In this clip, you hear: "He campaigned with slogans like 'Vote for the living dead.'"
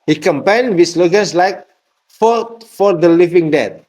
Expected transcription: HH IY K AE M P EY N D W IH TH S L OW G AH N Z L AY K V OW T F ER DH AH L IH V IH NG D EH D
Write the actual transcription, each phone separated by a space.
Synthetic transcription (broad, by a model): HH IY K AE M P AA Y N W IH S L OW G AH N S L AY K F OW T F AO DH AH L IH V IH NG D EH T